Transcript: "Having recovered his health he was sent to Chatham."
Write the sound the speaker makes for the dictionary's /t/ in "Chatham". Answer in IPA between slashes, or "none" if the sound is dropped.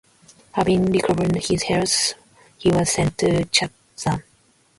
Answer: /s/